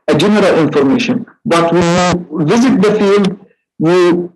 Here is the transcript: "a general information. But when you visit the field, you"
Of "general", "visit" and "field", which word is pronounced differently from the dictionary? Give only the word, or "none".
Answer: none